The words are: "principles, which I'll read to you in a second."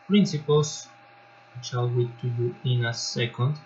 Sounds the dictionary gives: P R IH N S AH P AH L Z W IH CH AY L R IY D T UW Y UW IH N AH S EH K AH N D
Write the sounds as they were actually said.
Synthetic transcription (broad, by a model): P R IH N S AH P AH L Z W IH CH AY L W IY T UW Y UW IH N AH S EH K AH N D